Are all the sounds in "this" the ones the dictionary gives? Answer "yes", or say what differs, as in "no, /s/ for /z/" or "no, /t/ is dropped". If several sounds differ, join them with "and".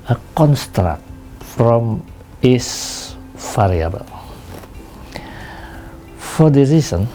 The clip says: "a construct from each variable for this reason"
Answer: no, /s/ is dropped